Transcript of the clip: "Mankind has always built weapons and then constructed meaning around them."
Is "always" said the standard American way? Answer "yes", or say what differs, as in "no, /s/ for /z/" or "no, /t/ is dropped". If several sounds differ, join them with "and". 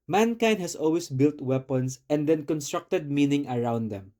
no, /s/ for /z/